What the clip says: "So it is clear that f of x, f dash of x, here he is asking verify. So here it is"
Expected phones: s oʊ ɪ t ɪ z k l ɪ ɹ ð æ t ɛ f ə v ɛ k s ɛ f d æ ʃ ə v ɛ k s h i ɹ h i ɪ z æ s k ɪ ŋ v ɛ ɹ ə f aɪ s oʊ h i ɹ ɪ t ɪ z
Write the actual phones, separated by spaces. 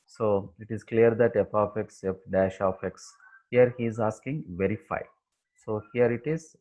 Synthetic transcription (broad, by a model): s oʊ ɪ t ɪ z k l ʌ ɹ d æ t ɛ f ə f ɛ k s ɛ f d æ ʃ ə f ɛ k s h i ɹ h i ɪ z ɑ s k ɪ ŋ v ɛ ɹ ə f aɪ s oʊ h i ɹ ɪ t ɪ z